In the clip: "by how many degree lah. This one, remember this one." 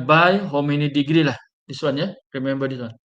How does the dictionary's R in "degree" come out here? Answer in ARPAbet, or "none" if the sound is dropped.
R